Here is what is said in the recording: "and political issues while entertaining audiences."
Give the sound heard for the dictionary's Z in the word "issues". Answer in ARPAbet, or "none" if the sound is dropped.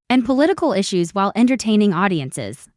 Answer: Z